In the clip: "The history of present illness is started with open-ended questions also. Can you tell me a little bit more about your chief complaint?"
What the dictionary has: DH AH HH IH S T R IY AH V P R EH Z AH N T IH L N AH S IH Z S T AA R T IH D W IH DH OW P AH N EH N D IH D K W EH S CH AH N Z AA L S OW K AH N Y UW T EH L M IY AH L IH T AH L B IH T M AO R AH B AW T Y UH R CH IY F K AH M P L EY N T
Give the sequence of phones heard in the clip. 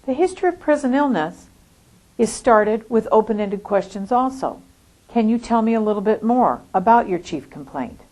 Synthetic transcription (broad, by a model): DH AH HH IH S T R IY AH V P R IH Z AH N IH L N AH S IH Z S T AA R T IH D W IH DH OW P AH N EH N D IH D K W EH S CH AH N Z AA L S OW K AH N Y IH T EH L M IY AH L IH T L B IH T M AO R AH B AW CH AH R CH IY F K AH M P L EY N T